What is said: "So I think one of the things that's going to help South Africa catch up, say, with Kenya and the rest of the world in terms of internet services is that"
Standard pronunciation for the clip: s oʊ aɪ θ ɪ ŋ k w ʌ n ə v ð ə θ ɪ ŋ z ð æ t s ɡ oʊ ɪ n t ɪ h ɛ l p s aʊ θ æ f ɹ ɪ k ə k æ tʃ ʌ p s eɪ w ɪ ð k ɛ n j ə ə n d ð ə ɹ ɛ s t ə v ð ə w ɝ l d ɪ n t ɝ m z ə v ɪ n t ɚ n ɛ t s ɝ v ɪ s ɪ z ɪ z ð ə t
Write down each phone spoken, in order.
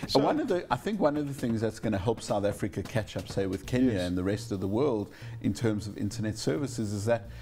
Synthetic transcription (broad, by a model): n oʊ aɪ θ ɪ ŋ k w ʌ n ə v ð ə θ ɪ ŋ z ð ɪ t s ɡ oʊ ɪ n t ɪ h ɛ l p s aʊ θ æ f ɹ ɪ k ə k æ tʃ ʌ p s eɪ w ɪ ð k ɛ n j ə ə n ð ə ɹ ɛ s t ə v ð ə w ɝ l d ɪ n t ɝ m z ə v ɪ n t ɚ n ɛ t s ɝ v ɪ s ɪ z ɪ z ð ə t